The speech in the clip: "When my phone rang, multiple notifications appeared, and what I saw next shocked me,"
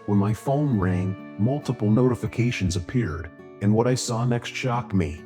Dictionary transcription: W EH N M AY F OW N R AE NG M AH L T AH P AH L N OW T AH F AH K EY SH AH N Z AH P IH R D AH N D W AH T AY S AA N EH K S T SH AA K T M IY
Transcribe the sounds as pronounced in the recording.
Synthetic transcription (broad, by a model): W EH N M AY F OW N R AE NG M AH L T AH P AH L N OW T AH F AH K EY SH AH N Z AH P IH R D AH N W AH T AY S AA N EH K S T SH AA K M IY